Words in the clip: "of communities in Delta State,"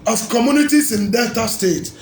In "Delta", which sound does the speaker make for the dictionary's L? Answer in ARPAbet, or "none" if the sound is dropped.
none